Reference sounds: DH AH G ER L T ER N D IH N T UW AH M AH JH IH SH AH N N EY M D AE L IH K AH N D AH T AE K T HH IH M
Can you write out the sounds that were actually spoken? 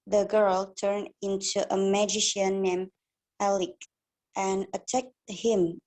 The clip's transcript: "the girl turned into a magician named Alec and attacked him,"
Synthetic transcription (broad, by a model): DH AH G ER L T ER N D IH N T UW AH M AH JH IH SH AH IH N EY M AE L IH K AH N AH T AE K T HH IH M